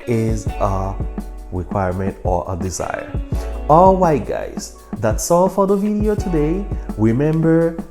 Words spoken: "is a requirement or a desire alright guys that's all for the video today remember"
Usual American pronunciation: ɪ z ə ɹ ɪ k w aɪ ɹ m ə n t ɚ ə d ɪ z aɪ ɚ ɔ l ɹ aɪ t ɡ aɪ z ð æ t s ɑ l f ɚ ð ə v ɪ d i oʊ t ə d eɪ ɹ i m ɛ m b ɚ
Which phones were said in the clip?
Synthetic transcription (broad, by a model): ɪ z ə ɹ ɪ k w aɪ ɹ m ə n t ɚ ə d ɪ z aɪ ɚ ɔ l w aɪ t ɡ aɪ z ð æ t s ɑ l f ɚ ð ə v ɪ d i oʊ t ə d eɪ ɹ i m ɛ m b ɚ